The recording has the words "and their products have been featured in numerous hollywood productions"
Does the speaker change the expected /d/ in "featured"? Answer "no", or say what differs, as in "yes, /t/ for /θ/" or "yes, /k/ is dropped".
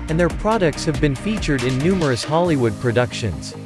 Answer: no